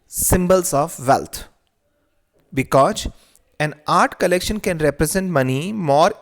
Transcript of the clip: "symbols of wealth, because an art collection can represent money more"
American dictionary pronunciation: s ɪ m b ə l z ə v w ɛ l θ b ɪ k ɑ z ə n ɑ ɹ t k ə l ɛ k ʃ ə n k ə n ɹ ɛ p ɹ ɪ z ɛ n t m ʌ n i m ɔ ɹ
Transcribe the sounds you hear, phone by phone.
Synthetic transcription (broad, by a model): s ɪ m b ə l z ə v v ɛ l t b ɪ k ɑ z ə n ɑ ɹ t k ə l ɛ k ʃ ə n k ə n ɹ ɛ p ɹ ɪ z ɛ n t m ʌ n i m ɔ ɹ